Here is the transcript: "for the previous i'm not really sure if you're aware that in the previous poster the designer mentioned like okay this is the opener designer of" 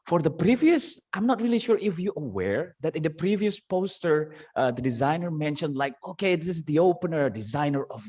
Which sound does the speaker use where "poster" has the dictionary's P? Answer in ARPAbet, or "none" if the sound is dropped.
P